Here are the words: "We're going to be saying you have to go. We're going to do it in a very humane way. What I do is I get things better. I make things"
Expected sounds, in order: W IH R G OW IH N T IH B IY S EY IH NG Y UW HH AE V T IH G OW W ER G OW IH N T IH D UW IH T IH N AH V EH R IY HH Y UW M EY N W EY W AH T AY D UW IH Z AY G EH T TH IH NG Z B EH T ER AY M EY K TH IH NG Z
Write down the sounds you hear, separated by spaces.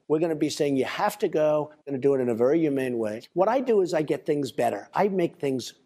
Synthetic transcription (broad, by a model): W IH R G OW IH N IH B IY S EY IH NG Y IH HH AE F T IH G OW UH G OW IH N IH D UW IH T IH N AH V EH R IY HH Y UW M EY N W EY W AH T AY D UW IH Z AY G EH T TH IH NG Z B EH T ER AY M EY K TH IH NG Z